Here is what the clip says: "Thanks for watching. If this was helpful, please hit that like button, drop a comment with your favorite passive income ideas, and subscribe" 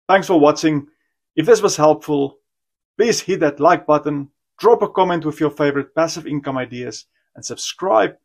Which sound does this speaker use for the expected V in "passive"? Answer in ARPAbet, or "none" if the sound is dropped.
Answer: V